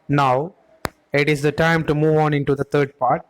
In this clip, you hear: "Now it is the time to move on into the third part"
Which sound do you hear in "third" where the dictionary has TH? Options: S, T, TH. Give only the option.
T